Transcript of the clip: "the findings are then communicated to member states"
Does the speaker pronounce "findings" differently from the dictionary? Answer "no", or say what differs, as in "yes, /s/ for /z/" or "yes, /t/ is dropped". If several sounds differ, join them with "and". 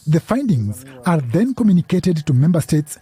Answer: no